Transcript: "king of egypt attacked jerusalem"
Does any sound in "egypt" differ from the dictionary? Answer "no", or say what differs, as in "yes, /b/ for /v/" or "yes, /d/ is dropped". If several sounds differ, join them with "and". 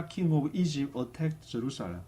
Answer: yes, /t/ is dropped